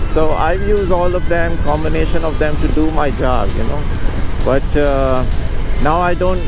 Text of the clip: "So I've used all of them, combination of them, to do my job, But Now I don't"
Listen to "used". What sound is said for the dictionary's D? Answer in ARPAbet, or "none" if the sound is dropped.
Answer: none